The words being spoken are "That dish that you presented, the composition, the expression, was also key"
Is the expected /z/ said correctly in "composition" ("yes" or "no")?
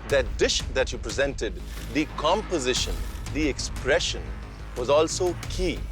yes